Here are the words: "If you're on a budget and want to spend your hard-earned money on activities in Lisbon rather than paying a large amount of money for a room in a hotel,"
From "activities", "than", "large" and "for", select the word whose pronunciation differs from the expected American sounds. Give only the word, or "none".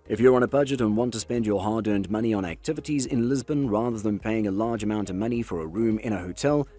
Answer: none